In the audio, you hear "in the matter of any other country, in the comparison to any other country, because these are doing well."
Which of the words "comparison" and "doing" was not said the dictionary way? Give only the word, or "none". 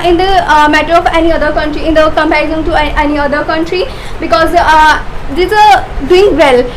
comparison